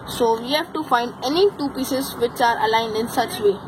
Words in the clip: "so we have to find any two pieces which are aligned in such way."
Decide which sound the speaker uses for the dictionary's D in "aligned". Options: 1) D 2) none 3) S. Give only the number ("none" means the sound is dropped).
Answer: 1